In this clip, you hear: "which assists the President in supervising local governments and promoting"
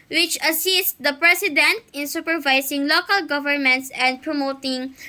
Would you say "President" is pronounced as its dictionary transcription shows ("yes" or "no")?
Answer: no